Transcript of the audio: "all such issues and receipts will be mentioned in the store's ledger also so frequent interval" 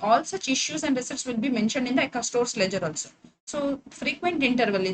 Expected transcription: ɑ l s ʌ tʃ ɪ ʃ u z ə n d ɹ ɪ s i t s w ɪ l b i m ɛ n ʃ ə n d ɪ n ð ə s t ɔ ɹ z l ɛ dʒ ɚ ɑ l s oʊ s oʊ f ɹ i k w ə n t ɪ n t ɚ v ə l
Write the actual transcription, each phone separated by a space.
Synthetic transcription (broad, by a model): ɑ l s ʌ tʃ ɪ ʃ u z ə n d ɹ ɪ s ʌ t s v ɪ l b i m ɛ n ʃ ə n d ɪ n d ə s t ɔ ɹ s l ɛ dʒ ɚ ɑ l s oʊ s oʊ f ɹ i k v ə n t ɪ n t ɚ v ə l